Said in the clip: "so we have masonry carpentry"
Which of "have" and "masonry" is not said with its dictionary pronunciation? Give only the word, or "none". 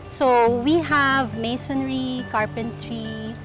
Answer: none